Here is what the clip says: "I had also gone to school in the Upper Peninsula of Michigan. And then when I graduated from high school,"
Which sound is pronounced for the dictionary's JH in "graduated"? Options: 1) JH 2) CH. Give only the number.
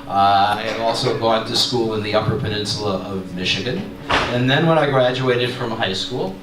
1